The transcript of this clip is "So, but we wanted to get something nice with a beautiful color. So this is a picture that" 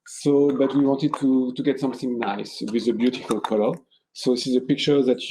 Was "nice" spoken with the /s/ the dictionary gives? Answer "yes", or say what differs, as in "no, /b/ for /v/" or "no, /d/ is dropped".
yes